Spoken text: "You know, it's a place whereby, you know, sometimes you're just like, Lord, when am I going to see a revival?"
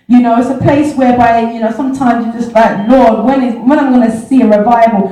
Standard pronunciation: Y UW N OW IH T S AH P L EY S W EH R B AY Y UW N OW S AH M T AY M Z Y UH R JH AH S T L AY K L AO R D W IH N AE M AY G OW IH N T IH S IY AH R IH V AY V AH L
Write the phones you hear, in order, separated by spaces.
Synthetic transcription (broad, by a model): Y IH N OW IH T S AH P L EY S W EH R B AY Y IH N OW S AH M T AY M Z Y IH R JH AH S T L AY K L AO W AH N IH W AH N AY G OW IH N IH S IY AH R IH V AY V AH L